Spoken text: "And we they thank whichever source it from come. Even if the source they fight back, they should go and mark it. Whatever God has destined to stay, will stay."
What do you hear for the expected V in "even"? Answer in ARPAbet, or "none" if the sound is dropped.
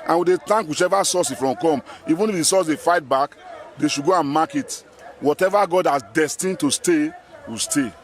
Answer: V